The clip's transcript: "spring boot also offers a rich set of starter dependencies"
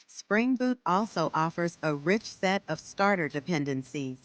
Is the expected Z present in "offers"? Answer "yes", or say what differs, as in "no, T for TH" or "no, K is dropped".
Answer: yes